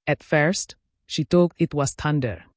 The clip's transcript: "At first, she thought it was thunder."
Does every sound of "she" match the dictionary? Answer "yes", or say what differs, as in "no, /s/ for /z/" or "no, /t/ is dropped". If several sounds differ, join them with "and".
yes